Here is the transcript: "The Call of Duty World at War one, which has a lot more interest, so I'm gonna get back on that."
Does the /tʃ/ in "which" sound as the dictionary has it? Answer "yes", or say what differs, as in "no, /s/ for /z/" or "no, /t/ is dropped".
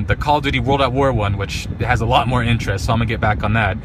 yes